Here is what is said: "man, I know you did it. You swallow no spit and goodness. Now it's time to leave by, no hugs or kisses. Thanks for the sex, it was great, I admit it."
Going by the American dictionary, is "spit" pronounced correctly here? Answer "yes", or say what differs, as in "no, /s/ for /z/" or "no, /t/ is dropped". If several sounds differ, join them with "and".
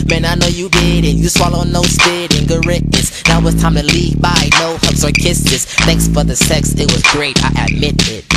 no, /b/ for /p/